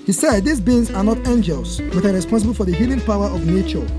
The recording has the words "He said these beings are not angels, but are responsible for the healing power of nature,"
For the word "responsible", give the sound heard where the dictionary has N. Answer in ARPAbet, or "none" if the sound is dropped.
N